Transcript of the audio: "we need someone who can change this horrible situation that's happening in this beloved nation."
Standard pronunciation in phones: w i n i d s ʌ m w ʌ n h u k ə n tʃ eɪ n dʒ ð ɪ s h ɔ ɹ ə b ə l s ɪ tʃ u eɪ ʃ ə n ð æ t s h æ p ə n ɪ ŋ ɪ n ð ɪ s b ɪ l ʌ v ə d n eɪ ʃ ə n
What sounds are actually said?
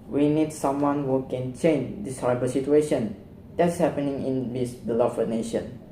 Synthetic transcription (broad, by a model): w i n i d s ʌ m w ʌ n h u k ə n tʃ eɪ n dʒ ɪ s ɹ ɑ ə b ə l s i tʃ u eɪ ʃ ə n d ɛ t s h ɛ p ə n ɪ ŋ ɪ n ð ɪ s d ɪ l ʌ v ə n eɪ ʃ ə n